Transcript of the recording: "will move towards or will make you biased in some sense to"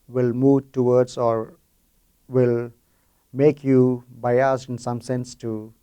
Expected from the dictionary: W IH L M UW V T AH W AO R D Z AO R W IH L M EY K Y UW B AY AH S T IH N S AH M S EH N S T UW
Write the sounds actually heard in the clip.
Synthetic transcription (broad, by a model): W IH L M UW V T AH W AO R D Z AO R W IH L M EY K Y UW B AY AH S IH N S AH M S EH N S T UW